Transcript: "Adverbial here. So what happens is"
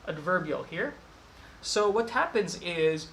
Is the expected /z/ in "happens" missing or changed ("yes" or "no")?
no